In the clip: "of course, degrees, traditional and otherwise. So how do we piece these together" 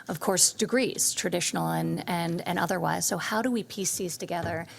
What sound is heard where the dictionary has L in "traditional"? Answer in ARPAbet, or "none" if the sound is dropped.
N